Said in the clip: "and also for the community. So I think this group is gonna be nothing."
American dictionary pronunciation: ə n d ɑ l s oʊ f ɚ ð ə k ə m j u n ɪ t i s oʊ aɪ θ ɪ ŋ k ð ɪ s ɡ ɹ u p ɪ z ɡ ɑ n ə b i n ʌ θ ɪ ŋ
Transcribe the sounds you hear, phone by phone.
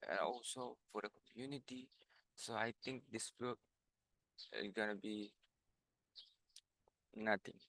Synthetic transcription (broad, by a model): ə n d ɑ l s oʊ f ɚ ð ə k ə m j u n ɪ t i s oʊ aɪ t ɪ ŋ k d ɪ s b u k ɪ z ɡ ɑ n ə b i n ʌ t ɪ ŋ